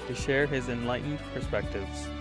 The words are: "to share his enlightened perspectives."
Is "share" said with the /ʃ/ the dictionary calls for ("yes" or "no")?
yes